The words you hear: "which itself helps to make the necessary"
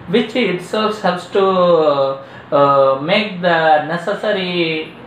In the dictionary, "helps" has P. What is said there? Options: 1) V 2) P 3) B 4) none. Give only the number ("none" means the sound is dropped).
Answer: 4